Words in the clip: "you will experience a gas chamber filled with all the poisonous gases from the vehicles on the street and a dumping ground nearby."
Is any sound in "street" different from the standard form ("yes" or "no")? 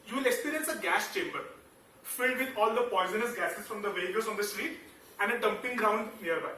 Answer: no